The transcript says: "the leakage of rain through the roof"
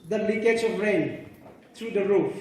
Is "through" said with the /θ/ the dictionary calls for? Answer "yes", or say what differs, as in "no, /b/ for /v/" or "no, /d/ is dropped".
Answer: no, /t/ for /θ/